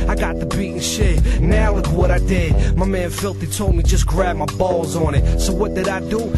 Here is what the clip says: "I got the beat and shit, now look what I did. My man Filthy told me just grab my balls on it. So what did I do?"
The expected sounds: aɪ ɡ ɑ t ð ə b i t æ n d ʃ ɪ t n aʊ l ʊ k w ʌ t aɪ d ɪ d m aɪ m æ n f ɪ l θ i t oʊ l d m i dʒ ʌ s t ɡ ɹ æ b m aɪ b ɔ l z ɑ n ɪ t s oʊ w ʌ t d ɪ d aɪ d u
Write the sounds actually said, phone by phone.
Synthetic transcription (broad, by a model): aɪ ɡ ɑ t ð ə b i t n ʃ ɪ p n aʊ w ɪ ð w ʌ t aɪ d ɪ d m aɪ m æ n f ɪ l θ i t oʊ l d m i dʒ ʌ s ɡ ɹ æ b m aɪ b ɔ l z n ɪ t s oʊ w ʌ t d ɪ d aɪ d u